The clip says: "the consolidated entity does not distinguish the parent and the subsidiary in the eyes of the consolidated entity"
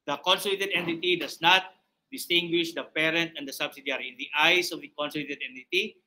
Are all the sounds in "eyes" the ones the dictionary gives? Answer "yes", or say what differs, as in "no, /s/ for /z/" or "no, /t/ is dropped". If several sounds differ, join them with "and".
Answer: no, /s/ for /z/